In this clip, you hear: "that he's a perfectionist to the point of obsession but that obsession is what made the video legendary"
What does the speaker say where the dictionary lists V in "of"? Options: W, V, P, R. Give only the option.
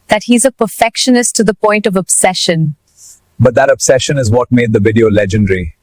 V